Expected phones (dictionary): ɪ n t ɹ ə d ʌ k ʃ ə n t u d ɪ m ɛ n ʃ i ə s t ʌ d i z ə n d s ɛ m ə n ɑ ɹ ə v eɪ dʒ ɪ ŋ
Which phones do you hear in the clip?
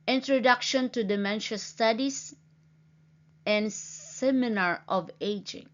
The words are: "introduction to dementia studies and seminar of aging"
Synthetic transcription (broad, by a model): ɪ n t ɹ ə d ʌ k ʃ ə n t u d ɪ m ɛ n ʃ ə s t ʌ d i s ə n d s ɛ m ə n ɑ ɹ ə v eɪ dʒ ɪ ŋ